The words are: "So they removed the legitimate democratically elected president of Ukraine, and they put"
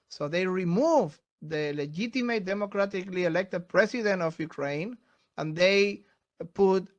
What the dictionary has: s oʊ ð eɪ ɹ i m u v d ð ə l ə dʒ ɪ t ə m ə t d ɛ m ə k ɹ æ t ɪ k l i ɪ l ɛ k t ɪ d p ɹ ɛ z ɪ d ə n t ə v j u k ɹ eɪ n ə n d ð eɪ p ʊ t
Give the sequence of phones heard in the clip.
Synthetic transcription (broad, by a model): s oʊ ð eɪ ɹ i m u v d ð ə l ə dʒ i t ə m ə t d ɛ m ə k ɹ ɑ t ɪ k l i ɪ l ɛ k t ɪ d p ɹ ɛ s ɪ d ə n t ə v j u k ɹ eɪ n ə n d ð eɪ p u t